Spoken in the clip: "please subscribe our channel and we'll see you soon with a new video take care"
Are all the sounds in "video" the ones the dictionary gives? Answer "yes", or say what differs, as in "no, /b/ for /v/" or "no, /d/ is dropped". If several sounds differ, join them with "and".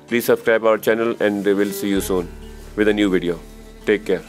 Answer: yes